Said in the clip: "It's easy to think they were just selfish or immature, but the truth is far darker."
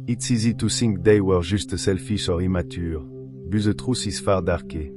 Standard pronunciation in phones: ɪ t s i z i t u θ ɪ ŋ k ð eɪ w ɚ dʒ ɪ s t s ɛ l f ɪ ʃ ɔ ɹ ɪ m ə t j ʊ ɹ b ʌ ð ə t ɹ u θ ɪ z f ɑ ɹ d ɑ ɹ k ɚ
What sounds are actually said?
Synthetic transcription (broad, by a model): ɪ t s i z i t u s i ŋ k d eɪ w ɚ ʒ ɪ s t s ɛ l f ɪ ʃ ɔ ɹ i m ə t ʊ ɹ b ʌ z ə t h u s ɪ s f ɑ ɹ d ɑ ɹ k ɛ